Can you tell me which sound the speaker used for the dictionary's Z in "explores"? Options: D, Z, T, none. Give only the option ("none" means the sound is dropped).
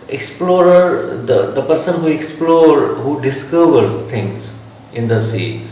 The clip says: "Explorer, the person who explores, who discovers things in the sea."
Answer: none